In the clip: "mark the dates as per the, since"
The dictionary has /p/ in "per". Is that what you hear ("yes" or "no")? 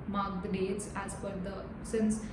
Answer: no